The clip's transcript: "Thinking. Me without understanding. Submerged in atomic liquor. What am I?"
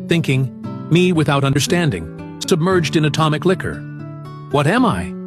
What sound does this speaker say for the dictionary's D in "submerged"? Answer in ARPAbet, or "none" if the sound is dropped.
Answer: D